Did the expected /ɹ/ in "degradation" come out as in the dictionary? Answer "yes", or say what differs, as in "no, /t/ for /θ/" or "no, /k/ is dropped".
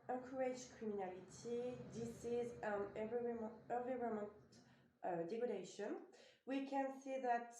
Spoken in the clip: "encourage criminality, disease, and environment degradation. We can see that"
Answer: no, /ɹ/ is dropped